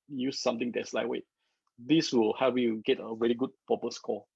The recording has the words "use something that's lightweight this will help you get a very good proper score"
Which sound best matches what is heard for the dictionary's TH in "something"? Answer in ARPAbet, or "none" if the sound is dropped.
T